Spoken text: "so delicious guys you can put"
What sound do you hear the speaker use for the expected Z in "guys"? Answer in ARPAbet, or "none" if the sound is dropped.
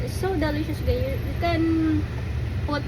none